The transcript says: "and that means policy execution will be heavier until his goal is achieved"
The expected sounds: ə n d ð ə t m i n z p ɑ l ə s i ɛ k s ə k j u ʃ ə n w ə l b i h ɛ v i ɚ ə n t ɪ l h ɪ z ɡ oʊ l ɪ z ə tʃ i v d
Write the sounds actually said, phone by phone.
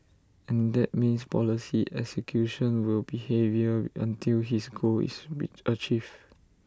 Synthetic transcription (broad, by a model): ə n d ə t m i n s p ɑ l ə s i ɛ k s ə k j u ʃ ə n w ə l b i h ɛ v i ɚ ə n t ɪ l h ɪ s ɡ oʊ l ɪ s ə tʃ i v